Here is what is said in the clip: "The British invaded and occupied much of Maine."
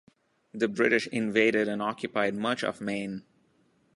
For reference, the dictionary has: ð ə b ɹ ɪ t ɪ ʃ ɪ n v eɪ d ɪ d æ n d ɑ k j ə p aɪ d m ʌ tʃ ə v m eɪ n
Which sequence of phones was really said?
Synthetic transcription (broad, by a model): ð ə b ɹ ɪ t ɪ ʃ ɪ n v eɪ d ɪ d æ n ɑ k j ə p aɪ d m ʌ tʃ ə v m eɪ n